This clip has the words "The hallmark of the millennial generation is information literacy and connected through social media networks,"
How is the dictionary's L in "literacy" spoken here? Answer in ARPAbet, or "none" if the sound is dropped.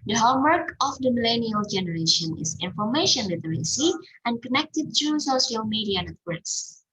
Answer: W